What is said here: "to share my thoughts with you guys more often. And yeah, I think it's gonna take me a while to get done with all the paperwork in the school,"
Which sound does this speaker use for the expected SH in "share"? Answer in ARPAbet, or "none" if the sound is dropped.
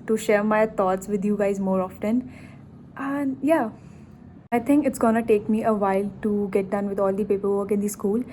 SH